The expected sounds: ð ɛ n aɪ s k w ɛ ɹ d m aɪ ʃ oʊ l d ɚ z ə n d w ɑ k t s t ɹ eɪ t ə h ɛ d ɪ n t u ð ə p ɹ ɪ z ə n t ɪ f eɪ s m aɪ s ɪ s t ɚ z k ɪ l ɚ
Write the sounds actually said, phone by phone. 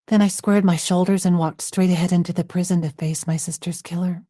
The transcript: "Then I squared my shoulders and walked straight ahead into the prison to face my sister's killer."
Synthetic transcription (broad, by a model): ð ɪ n aɪ s k w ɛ ɹ d m aɪ ʃ oʊ l d ɚ z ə n w ɑ k t s t ɹ eɪ t ə h ɛ d ɪ n t u ð ə p ɹ ɪ z ə n t ɪ f eɪ s m aɪ s ɪ s t ɚ z k ɪ l ɚ